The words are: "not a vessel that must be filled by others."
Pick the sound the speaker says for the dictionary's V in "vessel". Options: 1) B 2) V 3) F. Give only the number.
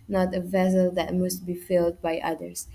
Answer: 2